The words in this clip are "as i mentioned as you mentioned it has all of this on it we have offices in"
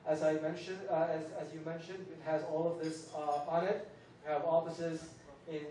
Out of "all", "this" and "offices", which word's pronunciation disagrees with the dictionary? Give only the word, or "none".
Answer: none